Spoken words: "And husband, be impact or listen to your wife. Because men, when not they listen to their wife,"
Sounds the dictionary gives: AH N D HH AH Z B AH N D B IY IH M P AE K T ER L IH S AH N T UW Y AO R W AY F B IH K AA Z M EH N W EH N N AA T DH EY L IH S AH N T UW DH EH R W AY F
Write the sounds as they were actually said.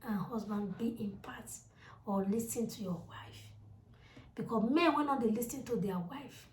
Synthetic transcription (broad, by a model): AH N HH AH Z B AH N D B IY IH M P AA T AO L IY S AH N T UW Y AO W AY F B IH K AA M EH N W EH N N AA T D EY L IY S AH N T UW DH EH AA W AY F